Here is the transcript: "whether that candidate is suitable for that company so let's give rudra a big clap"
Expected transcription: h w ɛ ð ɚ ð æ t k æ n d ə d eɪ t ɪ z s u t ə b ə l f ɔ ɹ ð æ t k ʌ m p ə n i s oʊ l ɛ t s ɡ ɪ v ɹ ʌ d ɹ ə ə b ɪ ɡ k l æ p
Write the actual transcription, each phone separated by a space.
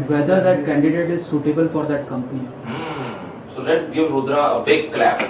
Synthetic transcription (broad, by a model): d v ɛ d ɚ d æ t k æ n d ə d eɪ t ɪ z s u t ə b ə l f ɔ ɹ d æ t k ʌ m p ə n i s oʊ l ɛ t s ɡ ɪ v ɹ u d ɹ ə ə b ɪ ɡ k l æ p